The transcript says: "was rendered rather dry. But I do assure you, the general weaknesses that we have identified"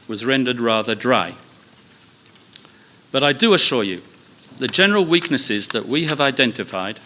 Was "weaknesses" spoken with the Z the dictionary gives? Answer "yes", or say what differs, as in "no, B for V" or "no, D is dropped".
yes